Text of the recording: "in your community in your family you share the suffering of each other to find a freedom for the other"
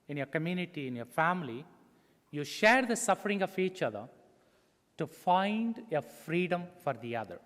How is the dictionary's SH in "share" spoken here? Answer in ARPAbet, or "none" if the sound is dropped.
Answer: SH